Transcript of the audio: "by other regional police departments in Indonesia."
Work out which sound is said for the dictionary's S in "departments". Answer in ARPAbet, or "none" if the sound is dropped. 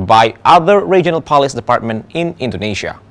none